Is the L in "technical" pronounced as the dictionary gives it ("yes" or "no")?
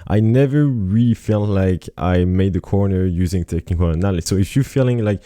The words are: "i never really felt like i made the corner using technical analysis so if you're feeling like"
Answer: no